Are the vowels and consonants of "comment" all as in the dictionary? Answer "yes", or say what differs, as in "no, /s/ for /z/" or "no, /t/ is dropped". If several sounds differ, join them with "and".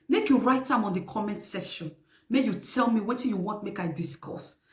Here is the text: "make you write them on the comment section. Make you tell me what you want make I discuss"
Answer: yes